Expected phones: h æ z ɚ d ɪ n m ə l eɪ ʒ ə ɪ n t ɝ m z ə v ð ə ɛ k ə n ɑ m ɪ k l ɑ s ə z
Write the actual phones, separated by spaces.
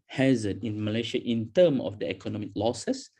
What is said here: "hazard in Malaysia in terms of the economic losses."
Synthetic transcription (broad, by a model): h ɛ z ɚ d ɪ n m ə l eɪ ʃ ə ɪ n t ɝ m ə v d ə ɛ k ə n ɑ m ɪ k l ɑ s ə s